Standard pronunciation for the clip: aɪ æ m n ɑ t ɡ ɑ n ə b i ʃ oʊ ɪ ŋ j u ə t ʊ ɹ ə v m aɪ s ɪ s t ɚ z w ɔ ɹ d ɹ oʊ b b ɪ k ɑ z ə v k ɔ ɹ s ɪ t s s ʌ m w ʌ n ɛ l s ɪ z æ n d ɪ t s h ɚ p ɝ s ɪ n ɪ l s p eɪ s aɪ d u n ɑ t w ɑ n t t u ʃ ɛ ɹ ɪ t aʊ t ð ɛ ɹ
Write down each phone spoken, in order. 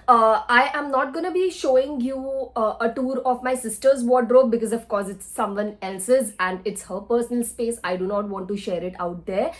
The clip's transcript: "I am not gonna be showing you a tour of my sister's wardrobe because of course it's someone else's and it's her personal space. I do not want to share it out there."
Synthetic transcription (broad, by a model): aɪ æ m n ɑ t ɡ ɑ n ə b i ʃ oʊ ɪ ŋ j u ə t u ɹ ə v m aɪ s ɪ s t ɚ z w ɔ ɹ d ɹ oʊ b b ɪ k ɑ z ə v k ɔ ɹ s ɪ t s s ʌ m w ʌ n ɛ l s ɪ z æ n d ɪ t s h ɚ p ɝ s ɪ n ɪ l s p eɪ s aɪ d u n ɑ t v ɑ n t t u ʃ ɛ ɹ ɪ t aʊ t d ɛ ɹ